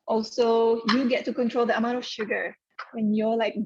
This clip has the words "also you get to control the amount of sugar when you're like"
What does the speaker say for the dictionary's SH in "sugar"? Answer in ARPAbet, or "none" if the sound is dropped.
SH